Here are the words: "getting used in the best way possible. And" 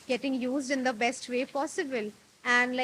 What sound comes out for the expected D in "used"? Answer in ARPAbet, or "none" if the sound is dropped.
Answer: D